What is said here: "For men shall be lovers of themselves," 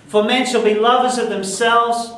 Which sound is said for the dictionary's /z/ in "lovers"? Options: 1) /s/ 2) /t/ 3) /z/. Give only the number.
3